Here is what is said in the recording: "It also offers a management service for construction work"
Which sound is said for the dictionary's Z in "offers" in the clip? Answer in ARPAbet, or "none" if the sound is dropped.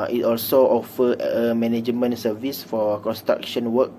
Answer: none